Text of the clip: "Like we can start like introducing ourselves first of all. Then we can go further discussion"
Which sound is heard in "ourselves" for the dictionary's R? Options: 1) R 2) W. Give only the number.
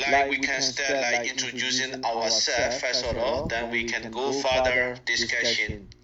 2